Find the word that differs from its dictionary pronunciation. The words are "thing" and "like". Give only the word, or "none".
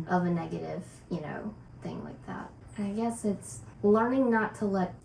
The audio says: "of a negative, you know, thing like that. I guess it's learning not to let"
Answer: none